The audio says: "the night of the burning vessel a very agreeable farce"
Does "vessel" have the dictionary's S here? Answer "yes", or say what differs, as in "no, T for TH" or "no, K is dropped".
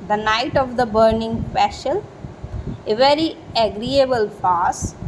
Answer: no, SH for S